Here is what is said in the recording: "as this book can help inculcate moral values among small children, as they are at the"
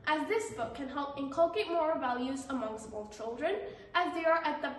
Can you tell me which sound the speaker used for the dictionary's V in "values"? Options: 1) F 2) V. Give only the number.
2